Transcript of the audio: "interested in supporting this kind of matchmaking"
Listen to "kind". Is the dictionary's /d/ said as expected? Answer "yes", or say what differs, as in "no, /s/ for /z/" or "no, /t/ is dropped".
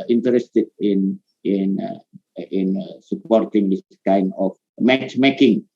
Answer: no, /d/ is dropped